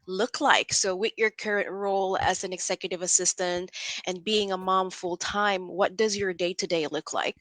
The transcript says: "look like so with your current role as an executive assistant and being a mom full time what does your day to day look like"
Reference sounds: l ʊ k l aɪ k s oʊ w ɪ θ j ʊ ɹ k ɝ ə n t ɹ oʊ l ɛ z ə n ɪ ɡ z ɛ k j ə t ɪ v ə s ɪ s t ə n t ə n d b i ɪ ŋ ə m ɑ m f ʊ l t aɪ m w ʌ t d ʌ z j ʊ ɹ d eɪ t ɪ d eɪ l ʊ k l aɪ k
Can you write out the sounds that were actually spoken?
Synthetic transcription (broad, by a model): l ʊ k l aɪ k s oʊ w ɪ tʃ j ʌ ɹ k ɝ ə n t ɹ oʊ l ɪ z ə n ɪ ɡ z ɛ k j ə t ɪ v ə s ɪ s t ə n t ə n b i ɪ ŋ ə m ɑ m f ʊ l t aɪ m w ʌ t d ʌ z j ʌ ɹ d eɪ t ɪ d eɪ l ʊ k l aɪ k